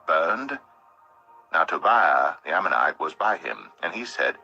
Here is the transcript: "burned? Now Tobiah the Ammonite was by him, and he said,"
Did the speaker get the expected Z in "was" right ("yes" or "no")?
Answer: yes